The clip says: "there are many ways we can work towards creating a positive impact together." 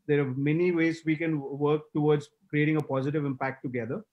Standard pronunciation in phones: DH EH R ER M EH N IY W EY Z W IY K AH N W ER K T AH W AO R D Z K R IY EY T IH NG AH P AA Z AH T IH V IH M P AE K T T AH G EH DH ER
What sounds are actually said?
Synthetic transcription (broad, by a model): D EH R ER M EH N IY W EY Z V IY K AH N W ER K T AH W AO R D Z K R IY EY T IH NG AH P AA Z AH T IH V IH M P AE K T T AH G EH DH ER